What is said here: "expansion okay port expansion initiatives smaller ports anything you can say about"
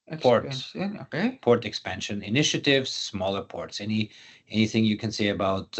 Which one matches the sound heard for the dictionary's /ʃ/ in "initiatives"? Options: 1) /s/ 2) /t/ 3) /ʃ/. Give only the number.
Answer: 3